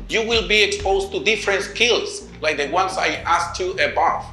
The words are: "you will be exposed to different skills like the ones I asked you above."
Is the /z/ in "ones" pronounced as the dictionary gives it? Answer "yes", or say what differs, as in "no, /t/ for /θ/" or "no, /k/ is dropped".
no, /s/ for /z/